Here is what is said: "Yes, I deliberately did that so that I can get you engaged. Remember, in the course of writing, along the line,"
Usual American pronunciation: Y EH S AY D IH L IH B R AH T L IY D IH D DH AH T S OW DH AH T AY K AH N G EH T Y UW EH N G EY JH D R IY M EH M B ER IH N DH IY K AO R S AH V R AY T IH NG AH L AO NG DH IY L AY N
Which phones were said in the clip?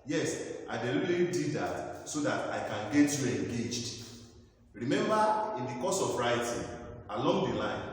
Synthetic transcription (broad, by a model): Y EH S AY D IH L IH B AH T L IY D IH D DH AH T S OW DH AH T AY K AH N G EH T Y UW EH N G EY JH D R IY M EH M B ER IH N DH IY K AO S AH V R AY T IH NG AH L AO NG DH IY L AY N